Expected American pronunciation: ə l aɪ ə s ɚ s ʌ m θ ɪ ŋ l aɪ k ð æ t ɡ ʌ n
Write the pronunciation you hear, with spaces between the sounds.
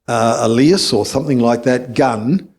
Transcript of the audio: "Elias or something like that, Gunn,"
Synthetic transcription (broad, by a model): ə l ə s ɚ s ʌ m θ ɪ ŋ l aɪ k ð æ t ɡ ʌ n